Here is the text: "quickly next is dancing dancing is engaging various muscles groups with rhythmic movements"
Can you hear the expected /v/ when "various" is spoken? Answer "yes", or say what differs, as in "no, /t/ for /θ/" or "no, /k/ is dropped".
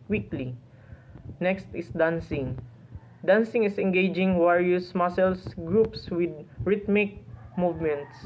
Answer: no, /w/ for /v/